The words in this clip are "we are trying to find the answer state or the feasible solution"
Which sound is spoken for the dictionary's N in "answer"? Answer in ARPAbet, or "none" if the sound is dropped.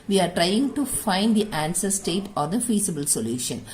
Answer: N